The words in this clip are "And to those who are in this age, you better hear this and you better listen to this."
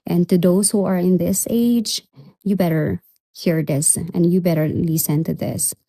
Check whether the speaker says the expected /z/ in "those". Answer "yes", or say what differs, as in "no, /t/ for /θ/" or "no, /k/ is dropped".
no, /s/ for /z/